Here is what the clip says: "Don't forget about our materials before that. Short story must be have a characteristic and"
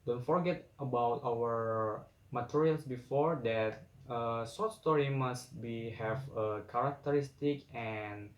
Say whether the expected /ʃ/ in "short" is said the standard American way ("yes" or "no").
no